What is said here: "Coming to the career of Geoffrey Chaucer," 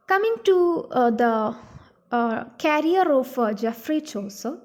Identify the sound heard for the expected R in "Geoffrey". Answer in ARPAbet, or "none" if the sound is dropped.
R